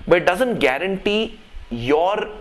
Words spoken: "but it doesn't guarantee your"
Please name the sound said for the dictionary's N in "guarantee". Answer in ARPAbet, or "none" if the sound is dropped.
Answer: N